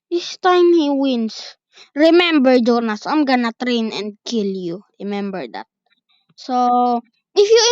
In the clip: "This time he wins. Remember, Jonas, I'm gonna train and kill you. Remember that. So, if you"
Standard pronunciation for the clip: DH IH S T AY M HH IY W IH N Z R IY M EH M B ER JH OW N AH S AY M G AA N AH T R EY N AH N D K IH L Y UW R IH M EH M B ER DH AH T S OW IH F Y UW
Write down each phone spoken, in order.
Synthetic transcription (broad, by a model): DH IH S T AY M HH IY W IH N S R IY M EH M B ER JH OW N AH S AY M G AA N AH T R EY N AH N D K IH L Y UW R IH M EH M B ER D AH T S OW IH F Y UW